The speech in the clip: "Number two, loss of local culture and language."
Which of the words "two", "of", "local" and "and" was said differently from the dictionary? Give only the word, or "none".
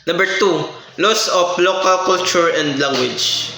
of